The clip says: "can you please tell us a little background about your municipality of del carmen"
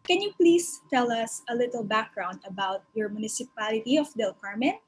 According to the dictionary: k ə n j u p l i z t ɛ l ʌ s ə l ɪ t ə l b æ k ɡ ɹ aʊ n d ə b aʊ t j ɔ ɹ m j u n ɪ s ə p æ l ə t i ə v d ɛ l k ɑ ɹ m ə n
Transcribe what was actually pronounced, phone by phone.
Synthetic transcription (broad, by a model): k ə n j u p l i s t ɛ l ʌ s ə l ɪ t ə l b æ k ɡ ɹ aʊ n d ə b aʊ t j ɔ ɹ m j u n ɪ s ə p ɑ l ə t i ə f d ɛ l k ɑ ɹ m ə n